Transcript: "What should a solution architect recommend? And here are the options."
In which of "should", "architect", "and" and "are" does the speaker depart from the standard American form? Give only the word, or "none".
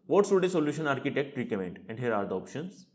should